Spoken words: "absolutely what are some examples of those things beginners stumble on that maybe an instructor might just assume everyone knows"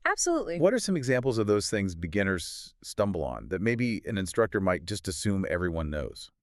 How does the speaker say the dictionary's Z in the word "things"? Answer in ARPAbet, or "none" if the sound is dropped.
Z